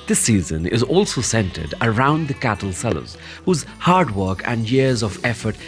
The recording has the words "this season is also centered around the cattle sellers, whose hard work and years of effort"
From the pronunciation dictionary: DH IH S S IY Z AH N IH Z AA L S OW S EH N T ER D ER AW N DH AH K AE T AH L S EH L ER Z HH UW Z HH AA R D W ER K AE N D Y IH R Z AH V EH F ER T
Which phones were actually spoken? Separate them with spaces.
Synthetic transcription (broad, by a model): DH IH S S IY Z AH N IH Z AA L S OW S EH N T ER D ER AW N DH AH K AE T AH L S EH L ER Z HH UW Z HH AA R D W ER K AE N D Y IH R Z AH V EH F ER T